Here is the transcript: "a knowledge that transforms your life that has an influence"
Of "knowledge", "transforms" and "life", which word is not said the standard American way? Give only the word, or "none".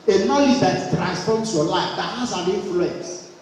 transforms